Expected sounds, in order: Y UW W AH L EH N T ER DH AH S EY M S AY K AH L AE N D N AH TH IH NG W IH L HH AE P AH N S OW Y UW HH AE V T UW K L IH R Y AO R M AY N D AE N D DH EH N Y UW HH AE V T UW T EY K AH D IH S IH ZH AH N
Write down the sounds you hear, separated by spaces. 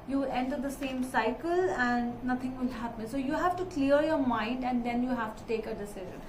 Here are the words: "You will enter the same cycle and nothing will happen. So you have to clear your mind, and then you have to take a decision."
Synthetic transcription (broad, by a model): Y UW EH N T ER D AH S EY M S AY K AH L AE N D N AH T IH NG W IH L HH AE P AH N S OW Y UW HH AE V T UW K L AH R Y AO R M AY N D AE N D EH N Y UW HH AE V T UW T EY K AH D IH S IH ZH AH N